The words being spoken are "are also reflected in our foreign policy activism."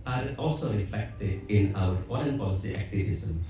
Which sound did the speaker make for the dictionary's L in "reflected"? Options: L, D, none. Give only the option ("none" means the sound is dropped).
none